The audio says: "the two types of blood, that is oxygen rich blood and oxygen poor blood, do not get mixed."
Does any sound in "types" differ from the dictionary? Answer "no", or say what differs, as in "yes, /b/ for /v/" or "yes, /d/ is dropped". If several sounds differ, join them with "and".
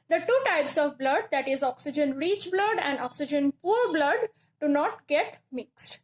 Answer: no